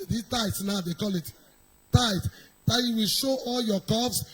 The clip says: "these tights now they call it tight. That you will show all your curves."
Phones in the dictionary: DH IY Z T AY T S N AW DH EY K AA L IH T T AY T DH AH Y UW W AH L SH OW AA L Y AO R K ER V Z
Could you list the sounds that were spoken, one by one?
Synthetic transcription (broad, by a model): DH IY T AY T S N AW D EY K AA L IH T T AY T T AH Y UW W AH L SH OW AA L Y AO K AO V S